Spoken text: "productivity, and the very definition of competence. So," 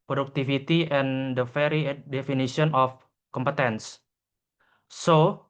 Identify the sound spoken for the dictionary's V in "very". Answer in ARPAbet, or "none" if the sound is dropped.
F